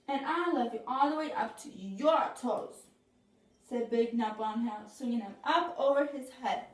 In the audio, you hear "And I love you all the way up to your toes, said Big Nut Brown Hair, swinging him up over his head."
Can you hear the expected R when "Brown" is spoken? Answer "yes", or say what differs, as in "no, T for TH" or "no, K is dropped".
no, R is dropped